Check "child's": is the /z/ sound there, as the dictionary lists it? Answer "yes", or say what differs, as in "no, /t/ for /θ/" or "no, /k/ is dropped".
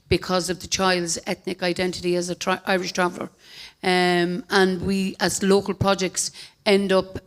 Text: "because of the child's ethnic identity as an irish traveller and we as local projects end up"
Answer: yes